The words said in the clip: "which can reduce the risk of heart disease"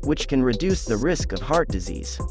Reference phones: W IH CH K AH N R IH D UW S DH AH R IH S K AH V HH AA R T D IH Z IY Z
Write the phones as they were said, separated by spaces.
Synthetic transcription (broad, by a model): W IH CH K AH N R IH D UW S DH AH R IH S K AH V HH AA R T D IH Z IY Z